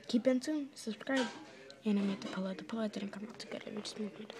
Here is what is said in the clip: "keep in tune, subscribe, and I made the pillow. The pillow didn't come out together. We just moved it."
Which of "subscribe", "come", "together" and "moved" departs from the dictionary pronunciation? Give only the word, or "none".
moved